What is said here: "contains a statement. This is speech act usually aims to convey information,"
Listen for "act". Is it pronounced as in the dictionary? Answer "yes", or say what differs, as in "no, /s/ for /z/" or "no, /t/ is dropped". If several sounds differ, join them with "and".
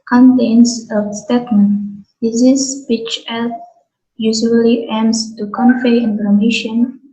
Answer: no, /k/ is dropped